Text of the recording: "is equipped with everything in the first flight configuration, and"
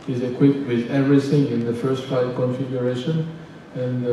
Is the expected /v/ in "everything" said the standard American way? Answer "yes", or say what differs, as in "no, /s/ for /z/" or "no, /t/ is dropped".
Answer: yes